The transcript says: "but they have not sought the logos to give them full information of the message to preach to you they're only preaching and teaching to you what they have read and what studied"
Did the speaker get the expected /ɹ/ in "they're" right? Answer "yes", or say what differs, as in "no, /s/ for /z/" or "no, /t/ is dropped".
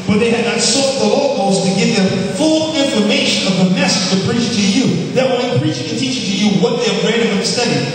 no, /w/ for /ɹ/